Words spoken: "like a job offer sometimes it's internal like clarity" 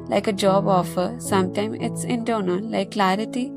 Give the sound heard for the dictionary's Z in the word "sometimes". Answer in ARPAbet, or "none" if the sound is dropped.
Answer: none